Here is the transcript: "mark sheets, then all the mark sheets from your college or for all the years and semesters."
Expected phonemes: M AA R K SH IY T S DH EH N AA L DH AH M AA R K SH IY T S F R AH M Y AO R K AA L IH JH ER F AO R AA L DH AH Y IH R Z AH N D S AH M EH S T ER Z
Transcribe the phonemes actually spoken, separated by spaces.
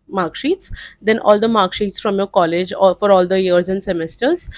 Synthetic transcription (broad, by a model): M AA R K SH IY T S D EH N AA L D AH M AA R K SH IY T S F R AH M Y AO R K AA L IH JH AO F AO R AA L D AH Y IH R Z AH N D S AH M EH S T ER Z